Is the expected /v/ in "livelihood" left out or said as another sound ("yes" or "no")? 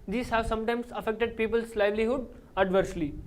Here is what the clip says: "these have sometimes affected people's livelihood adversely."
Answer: no